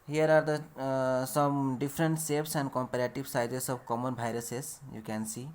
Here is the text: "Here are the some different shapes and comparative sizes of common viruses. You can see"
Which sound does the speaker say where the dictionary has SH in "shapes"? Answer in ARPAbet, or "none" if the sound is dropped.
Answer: S